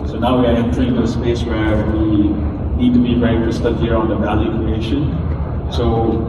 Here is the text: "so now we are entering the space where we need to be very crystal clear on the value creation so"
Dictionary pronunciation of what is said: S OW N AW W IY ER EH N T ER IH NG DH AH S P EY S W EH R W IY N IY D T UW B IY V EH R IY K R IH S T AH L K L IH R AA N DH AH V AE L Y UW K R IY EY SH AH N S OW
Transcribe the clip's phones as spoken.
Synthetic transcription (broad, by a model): S OW N AW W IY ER EH N T ER IH NG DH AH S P EY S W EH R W IY N IY D T UW B IY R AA IY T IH S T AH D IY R AA N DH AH V AE L Y UW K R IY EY SH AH N S OW